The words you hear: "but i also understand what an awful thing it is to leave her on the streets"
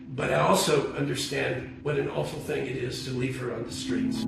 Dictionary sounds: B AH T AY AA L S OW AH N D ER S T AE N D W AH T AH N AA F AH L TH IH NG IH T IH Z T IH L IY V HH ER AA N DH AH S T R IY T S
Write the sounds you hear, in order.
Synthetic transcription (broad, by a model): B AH T AY AA L S OW AH N D ER S T AE N D W AH T AH N AA F L TH IH NG IH T IH Z T IH L IY V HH ER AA N DH AH S T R IY T S